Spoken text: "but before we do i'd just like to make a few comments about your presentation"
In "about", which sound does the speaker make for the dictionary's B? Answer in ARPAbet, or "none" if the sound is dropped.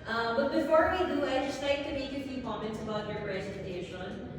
B